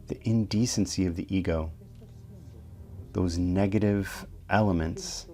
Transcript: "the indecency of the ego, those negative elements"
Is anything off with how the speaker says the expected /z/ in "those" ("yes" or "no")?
no